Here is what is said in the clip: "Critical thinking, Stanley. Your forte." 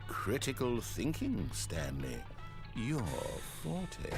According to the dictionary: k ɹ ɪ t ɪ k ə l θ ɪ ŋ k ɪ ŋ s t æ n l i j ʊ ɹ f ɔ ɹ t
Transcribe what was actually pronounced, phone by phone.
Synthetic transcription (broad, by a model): k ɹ ɪ t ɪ k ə l θ ɪ ŋ k ɪ ŋ s t æ n l i j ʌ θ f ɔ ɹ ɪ